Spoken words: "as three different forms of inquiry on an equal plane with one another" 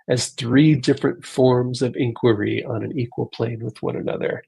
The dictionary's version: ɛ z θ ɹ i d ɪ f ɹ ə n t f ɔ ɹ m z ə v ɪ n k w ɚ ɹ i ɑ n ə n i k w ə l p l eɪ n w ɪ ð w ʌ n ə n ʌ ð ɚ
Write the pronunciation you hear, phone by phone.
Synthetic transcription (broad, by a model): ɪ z θ ɹ i d ɪ f ɹ ə n t f ɔ ɹ m z ə v ɪ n k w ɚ ɹ i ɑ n ə n i k w ə l p l eɪ n w ɪ ð w ʌ n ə n ʌ ð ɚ